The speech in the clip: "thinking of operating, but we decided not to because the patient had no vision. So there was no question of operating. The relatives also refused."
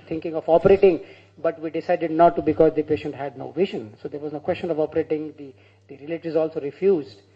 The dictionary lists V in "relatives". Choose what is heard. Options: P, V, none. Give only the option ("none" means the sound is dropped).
none